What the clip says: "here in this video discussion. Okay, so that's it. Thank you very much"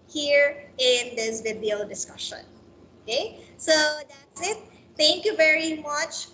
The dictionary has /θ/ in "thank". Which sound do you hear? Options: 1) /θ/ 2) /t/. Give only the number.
2